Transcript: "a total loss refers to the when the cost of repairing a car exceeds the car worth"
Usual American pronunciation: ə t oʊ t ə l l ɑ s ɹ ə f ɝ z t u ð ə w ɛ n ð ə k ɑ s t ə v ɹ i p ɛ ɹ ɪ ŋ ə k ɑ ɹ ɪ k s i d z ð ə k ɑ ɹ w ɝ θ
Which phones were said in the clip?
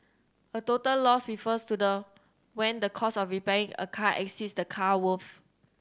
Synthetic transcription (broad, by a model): ə t oʊ t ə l l ɑ s ɹ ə f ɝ s t u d ə w ɛ n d ə k ɑ s ə f ɹ i p ɛ ɹ ɪ ŋ ə k ɑ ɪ k s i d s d ə k ɑ w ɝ f